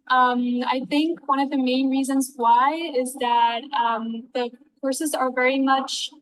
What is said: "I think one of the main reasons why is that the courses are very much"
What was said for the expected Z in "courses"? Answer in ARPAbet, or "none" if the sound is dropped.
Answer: Z